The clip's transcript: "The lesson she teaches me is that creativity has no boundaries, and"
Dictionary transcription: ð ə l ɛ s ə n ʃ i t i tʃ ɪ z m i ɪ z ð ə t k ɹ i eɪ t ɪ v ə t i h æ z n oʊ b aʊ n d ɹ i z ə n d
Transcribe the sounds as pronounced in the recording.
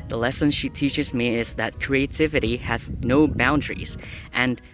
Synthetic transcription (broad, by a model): ð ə l ɛ s ə n ʃ i t i tʃ ɪ z m i ɪ z ð ə t k ɹ i eɪ t ɪ v ə t i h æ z n oʊ b aʊ n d ɹ i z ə n